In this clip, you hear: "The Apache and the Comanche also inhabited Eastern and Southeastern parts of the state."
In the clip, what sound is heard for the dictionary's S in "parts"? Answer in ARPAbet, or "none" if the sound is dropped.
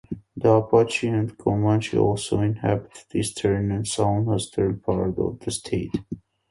none